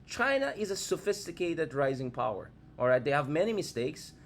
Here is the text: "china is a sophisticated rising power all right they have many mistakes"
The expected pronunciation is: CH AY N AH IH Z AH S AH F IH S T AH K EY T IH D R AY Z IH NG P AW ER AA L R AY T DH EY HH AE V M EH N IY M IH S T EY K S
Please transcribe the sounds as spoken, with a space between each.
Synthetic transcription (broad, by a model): CH AY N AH IH Z AH S AH F IH S T AH K EY T IH D R AY Z IH NG P AW ER AA L R AY T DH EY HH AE V M EH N IY M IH S T EY K S